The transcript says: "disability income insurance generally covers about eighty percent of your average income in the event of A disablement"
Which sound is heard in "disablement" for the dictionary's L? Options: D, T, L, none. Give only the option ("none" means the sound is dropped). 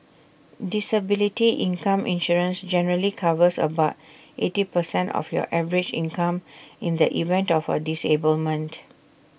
L